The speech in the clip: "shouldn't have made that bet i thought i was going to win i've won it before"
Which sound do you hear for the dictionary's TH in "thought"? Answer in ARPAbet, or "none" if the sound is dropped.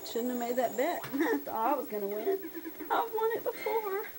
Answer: S